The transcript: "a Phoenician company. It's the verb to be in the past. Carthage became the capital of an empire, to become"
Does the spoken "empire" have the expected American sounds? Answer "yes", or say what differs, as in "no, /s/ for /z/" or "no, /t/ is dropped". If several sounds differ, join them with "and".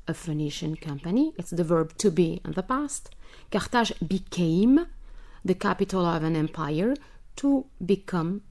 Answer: yes